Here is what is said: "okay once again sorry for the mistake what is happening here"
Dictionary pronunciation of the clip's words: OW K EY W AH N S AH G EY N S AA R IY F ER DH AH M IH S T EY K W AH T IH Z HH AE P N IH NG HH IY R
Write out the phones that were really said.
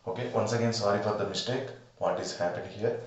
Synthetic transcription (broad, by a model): OW K EY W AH N S AH G EY N S AA R IY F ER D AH M IH S T EY K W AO T IH Z HH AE P IH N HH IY R